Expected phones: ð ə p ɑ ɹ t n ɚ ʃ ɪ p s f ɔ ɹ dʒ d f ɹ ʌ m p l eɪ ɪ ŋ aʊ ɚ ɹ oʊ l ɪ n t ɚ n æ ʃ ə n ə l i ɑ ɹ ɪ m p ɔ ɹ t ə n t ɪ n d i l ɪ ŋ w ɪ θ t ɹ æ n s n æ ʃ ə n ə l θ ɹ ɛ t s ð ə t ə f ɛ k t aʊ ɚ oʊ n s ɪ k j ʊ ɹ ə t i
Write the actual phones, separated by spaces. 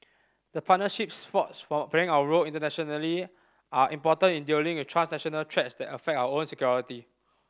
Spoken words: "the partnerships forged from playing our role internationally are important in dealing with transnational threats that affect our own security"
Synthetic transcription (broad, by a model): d ə p ɑ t n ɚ ʃ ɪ p s f ɔ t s f ɹ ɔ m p eɪ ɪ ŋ aʊ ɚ ɹ oʊ l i n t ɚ n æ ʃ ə n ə l i ɑ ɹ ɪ m p ɔ t ə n ɪ n d i l ɪ ŋ w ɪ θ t ɹ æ n s n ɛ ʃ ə n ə l t ɹ ɛ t s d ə t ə f ɛ k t aʊ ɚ oʊ n s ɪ k j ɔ ɹ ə t i